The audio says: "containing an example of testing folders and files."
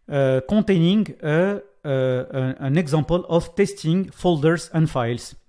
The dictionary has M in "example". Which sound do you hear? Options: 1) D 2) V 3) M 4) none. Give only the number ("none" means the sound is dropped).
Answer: 4